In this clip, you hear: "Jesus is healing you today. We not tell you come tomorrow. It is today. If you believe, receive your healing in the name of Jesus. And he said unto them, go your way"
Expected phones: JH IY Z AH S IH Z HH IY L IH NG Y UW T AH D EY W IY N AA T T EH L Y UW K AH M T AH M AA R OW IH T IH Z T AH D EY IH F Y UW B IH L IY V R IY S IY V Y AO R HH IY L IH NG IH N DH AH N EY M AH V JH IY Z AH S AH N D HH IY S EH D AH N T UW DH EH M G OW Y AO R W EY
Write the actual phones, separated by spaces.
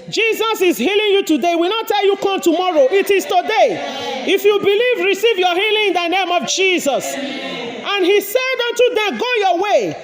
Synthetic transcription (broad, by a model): JH IY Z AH S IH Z HH IY L IH NG Y UW T AH D EY W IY N AA T T EH L Y UW K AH M T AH M AA R OW IH T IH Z T AH D EY IH F Y UW B IH L IY V R IY S IY V Y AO HH IY L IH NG IH N DH AH N EY M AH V JH IY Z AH S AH N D HH IY S EH D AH N T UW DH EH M G OW Y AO W EY